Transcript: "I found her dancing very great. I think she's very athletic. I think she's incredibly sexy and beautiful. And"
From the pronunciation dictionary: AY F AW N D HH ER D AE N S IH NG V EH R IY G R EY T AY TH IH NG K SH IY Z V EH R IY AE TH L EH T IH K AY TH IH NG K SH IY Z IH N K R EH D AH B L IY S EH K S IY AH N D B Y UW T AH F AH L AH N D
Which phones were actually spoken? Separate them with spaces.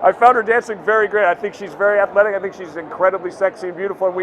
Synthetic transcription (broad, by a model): AY F AW N D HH ER D AE N S IH NG V EH R IY G R EY T AY TH IH NG K SH IY Z V EH R IY AE TH L EH T IH K AY TH IH NG K SH IY Z IH N K R EH D AH B L IY S EH K S IY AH N B Y UW T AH F L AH N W